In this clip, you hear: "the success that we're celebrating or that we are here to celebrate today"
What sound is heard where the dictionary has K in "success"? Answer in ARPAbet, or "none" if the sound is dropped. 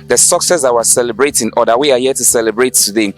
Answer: K